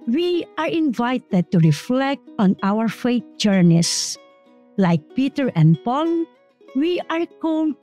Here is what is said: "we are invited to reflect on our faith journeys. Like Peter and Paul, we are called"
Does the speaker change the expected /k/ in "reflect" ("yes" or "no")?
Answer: no